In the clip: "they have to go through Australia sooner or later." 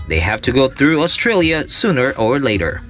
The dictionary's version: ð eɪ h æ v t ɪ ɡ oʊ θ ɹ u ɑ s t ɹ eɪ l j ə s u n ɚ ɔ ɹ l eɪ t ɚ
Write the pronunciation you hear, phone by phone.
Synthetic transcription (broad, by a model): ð eɪ h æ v t ɪ ɡ oʊ θ ɹ u ɑ s t ɹ eɪ l j ə s u n ɚ ɔ ɹ l eɪ t ɚ